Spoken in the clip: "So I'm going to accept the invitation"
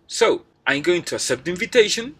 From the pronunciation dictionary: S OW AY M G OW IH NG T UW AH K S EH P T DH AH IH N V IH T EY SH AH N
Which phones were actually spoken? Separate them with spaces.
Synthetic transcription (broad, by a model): S OW AY M G OW IH NG T UW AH S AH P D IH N V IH T EY SH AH N